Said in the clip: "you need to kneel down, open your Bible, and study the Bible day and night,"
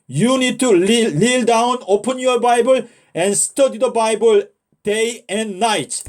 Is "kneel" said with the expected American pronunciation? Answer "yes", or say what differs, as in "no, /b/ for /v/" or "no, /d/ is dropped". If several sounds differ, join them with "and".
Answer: no, /l/ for /n/